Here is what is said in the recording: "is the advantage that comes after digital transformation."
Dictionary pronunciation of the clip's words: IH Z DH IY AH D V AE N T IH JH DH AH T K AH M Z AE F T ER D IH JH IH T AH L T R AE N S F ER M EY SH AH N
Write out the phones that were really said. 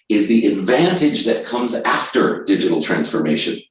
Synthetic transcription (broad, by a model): IH Z DH IY AH D V AE N T IH JH DH AH T K AH M Z AE F T ER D IH JH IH T L T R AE N S F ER M EY SH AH N